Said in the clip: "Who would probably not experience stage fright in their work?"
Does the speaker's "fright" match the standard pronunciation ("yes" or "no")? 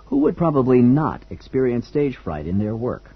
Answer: yes